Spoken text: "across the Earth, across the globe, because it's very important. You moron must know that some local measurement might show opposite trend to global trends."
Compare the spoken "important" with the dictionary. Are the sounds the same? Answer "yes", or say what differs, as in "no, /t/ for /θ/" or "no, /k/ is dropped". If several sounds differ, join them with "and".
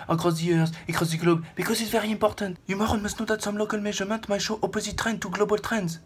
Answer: no, /m/ is dropped and /n/ is dropped